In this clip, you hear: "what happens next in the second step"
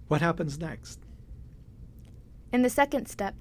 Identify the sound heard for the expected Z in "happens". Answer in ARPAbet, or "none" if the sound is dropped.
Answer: Z